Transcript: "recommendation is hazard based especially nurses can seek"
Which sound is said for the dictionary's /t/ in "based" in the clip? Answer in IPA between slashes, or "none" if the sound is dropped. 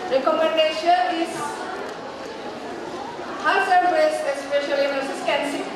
none